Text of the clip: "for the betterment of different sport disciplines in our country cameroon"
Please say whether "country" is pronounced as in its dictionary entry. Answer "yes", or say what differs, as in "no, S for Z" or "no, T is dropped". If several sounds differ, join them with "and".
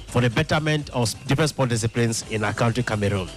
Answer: no, R is dropped